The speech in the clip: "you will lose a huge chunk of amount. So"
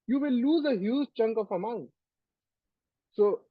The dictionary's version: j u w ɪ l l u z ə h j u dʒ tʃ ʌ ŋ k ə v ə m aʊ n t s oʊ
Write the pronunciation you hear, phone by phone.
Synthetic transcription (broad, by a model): j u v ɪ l l u z ə h j u z tʃ ʌ ŋ k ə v ə m aʊ n t s oʊ